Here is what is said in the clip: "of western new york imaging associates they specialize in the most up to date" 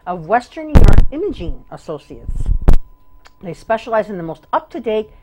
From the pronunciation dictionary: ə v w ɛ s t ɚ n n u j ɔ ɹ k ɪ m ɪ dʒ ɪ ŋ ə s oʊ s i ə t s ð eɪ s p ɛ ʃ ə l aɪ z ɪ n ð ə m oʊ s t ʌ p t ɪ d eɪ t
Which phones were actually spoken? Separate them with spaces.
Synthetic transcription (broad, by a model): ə v w ɛ s t ɚ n n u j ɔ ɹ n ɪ m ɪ dʒ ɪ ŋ ə s oʊ s i ə t s ð eɪ s p ɛ ʃ ə l aɪ z ɪ n ð ə m oʊ s t ʌ p t ɪ d eɪ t